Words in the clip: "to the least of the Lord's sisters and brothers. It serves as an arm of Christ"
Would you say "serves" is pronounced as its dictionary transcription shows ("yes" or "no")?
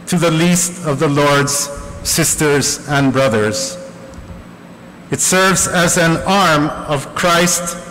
yes